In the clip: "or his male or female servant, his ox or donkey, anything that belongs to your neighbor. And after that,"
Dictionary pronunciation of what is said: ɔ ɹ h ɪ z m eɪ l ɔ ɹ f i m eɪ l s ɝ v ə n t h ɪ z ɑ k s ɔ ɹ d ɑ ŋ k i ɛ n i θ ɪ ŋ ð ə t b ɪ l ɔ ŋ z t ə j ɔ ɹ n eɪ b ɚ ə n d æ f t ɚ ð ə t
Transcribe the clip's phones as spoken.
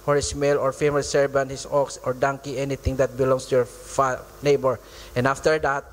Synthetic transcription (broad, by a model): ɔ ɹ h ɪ s m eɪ l ɔ ɹ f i m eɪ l s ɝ b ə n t h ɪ s ɑ k s ɔ ɹ d ɑ ŋ k i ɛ n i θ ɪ ŋ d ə t b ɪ l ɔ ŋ s t ə j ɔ ɹ n eɪ b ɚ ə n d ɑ f t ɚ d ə t